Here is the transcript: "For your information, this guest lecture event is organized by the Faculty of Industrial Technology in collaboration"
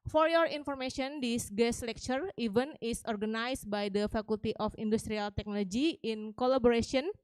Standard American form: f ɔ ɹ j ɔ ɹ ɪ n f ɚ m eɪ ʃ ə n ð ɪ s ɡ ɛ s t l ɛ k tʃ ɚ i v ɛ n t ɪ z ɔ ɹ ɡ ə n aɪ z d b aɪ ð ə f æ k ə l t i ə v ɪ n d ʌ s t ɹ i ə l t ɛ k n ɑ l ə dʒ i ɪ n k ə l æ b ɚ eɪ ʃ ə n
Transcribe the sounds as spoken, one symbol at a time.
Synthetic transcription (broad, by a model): f ɔ ɹ j ɔ ɹ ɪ n f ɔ m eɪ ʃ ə n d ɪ s ɡ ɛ s l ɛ k tʃ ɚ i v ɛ n ɪ s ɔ ɹ ɡ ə n aɪ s b aɪ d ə f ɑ k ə l t i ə f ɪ n d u s t ɹ i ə l t ɛ k n ɑ l ə dʒ i ɪ n k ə l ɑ b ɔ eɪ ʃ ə n